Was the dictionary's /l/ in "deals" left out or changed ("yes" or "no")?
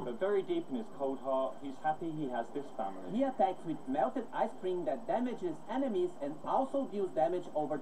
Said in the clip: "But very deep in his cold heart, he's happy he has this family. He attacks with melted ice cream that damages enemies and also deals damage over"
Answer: yes